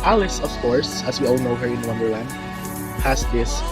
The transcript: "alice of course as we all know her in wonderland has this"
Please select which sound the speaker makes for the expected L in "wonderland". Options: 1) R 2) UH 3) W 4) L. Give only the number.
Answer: 3